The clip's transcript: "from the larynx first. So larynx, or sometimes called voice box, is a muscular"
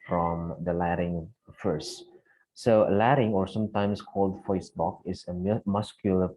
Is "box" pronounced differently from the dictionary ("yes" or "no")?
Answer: yes